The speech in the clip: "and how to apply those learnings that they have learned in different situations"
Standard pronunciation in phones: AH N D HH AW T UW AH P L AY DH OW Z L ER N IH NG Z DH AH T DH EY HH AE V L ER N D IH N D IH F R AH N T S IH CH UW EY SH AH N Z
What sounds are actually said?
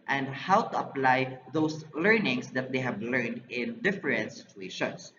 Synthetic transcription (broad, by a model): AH N D HH AW T UW AH P L AY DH OW S L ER N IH NG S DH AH T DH EY HH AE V L ER N D IH N D IH F R AH N T S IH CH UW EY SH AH N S